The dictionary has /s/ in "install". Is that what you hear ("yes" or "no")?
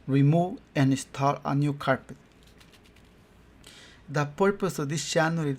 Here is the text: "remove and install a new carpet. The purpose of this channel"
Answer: yes